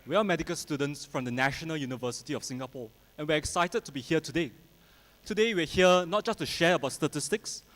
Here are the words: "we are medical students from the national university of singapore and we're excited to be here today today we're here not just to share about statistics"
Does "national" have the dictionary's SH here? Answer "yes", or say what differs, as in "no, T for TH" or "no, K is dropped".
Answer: yes